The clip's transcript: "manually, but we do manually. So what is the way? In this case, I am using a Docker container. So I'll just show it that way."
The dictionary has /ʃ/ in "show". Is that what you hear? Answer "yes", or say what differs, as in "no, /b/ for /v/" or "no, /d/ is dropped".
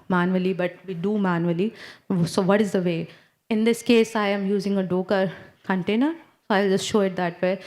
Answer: yes